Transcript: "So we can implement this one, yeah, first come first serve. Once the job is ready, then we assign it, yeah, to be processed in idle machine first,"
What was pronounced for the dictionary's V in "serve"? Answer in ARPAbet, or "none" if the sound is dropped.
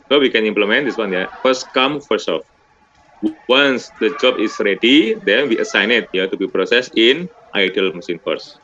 F